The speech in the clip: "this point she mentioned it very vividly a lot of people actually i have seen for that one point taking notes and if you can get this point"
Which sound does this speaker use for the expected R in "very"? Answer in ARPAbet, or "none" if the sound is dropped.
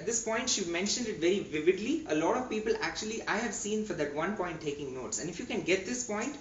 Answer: R